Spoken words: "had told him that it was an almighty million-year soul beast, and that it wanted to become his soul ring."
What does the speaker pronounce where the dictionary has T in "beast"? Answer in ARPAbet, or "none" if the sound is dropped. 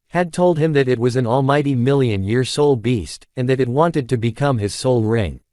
T